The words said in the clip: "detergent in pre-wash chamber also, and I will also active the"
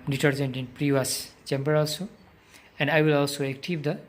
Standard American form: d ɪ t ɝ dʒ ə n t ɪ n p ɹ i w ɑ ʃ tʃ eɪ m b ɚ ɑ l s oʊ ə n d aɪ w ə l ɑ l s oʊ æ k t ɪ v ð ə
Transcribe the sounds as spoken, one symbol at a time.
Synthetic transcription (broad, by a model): d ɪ t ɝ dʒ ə n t ɪ n p ɹ i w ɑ s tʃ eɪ m b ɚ ɑ l s oʊ ə n d aɪ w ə l ɑ l s oʊ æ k t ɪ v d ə